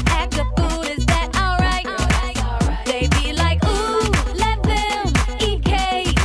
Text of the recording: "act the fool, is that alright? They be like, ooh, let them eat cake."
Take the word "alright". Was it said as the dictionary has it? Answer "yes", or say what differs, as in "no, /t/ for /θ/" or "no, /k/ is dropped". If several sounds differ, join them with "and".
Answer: yes